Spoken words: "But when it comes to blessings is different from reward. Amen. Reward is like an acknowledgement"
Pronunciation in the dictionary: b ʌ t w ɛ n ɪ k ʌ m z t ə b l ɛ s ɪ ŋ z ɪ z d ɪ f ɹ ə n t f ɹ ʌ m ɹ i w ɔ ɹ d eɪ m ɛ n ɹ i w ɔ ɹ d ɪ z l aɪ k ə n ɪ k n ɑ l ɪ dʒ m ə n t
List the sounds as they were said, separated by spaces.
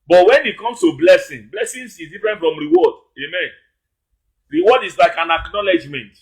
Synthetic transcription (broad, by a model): b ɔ t w ɛ n ɪ k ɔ m s t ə b l ɛ s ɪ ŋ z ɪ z d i f ɹ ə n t f ɹ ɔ m ɹ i w ɔ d eɪ m ɛ n ɹ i w ɔ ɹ d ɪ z l aɪ k ə n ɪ k n ɑ l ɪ dʒ m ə n t